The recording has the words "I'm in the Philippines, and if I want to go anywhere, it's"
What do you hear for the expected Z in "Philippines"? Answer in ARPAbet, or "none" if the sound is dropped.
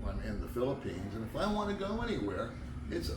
Z